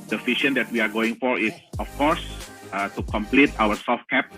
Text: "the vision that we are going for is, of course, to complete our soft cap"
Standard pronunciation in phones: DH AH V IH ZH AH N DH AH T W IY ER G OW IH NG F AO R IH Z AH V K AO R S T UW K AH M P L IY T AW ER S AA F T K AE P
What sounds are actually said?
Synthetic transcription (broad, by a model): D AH F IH SH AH N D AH T W IY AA G OW IH NG F AO R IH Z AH F K AO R S T UW K AH M P L IY T AW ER S AA F T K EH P